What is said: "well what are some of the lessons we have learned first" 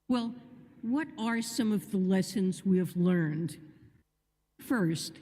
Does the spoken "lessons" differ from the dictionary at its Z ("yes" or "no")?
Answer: no